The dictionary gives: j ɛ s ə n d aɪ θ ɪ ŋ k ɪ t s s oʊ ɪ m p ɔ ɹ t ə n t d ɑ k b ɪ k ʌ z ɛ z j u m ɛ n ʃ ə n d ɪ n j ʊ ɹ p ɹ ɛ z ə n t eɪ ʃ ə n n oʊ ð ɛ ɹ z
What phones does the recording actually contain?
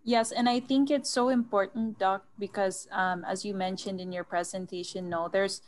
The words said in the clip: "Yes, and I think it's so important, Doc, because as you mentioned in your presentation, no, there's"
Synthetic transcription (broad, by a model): j ɛ s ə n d aɪ θ ɪ ŋ k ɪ t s s oʊ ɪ m p ɔ ɹ t n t d ɑ k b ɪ k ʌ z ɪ z j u m ɛ n ʃ ə n d ɪ n j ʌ ɹ p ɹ ɛ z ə n t eɪ ʃ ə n n oʊ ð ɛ ɹ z